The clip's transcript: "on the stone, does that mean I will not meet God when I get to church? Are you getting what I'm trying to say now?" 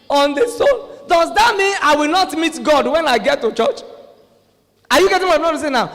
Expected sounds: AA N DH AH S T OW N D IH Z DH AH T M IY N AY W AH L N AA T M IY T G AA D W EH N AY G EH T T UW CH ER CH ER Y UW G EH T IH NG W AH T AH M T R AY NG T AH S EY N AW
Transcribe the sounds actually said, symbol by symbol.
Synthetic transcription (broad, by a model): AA N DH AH S OW L D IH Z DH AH T M IY N AY W AH L N AA T M IY T G AA D W EH N AY G EH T T UW CH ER CH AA Y UW G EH T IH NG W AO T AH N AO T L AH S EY N AW